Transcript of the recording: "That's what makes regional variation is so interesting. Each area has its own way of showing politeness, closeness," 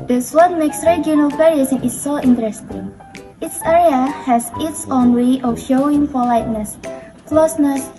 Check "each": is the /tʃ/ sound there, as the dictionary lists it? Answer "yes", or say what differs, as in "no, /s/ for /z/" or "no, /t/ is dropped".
no, /s/ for /tʃ/